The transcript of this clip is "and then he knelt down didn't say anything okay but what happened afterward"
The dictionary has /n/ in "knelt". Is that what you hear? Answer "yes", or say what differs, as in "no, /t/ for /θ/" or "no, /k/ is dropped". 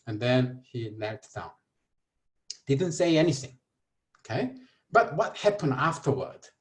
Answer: no, /l/ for /n/